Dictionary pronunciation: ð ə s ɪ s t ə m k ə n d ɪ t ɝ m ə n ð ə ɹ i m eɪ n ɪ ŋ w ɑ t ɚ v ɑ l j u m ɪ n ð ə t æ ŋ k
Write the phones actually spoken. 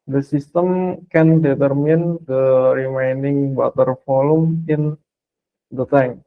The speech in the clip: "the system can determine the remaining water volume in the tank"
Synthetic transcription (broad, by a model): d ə s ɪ s t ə m k ə n d ɪ t ɝ m ə n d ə ɹ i m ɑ n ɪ ŋ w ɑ t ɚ f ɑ l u m ɪ n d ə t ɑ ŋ